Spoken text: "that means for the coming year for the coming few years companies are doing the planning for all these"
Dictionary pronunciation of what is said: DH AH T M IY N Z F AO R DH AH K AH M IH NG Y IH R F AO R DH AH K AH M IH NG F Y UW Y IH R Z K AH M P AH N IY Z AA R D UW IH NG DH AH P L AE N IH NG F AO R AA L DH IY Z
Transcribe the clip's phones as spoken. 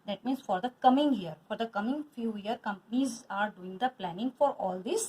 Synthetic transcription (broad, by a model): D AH T M IY N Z F AO R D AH K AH M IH NG Y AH R F AO R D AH K AH M IH NG F Y UW Y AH R K AH M P AH N IY Z AA R D UW IH NG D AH P L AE N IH NG F AO R AA L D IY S